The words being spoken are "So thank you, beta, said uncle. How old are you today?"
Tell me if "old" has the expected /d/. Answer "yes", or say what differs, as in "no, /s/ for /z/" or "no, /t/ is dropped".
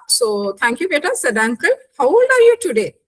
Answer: no, /d/ is dropped